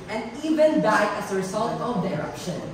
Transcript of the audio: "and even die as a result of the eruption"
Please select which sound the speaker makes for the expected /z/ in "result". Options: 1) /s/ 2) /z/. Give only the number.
1